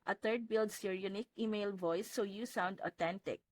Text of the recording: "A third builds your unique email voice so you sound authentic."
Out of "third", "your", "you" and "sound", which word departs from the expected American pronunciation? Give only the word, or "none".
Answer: third